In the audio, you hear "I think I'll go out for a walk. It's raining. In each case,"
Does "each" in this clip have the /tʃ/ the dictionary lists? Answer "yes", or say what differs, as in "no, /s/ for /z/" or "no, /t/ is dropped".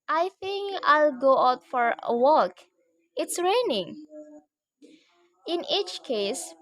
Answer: yes